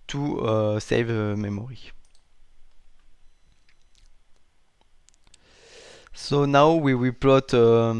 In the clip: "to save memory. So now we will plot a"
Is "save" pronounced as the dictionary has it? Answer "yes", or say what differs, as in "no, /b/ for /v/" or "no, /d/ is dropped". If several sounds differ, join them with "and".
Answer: yes